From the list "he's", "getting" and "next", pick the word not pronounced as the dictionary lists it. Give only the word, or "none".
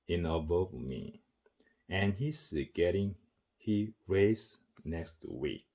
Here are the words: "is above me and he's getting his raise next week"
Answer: he's